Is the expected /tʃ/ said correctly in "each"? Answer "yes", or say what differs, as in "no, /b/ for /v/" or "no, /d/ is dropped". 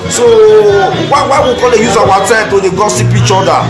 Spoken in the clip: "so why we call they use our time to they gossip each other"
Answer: yes